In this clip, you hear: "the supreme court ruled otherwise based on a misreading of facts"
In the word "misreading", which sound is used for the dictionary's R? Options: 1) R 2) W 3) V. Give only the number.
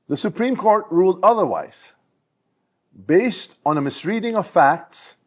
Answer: 1